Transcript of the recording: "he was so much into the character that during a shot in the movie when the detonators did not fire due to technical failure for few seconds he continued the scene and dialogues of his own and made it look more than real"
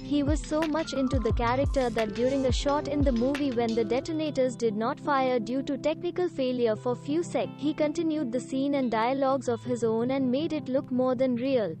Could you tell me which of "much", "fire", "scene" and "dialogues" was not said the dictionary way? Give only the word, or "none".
none